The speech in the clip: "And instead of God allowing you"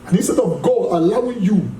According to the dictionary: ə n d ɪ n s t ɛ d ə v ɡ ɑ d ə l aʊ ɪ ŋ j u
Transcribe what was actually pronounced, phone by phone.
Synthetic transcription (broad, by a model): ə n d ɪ s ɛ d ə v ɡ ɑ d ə l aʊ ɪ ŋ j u